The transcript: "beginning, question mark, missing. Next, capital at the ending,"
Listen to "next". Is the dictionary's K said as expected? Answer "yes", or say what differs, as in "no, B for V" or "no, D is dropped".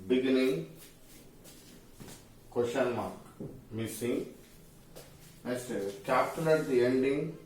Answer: no, K is dropped